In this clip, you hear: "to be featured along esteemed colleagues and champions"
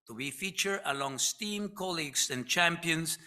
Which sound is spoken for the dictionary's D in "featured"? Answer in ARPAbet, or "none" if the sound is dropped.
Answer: none